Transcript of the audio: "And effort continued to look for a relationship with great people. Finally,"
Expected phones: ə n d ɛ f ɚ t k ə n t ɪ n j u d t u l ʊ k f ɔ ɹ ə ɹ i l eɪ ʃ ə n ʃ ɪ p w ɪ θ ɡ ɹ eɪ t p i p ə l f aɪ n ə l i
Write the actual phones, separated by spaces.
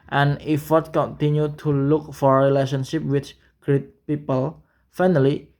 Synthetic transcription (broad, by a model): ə n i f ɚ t k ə n t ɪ n j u t u l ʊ k f ɔ ɹ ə ɹ i l eɪ ʃ ə n ʃ ɪ p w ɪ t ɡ ɹ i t p i p ə l f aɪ n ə l i